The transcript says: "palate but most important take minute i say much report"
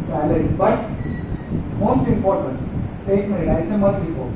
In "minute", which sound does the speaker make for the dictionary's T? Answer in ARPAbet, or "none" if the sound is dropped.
none